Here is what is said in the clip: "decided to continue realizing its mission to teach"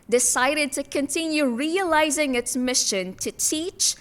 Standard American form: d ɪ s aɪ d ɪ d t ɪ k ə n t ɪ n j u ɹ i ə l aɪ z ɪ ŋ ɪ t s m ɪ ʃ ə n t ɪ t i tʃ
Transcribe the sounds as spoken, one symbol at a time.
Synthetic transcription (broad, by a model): d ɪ s aɪ d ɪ d t ɪ k ə n t ɪ n j u ɹ i ə l aɪ z ɪ ŋ ɪ t s m ɪ ʃ ə n t ɪ t i tʃ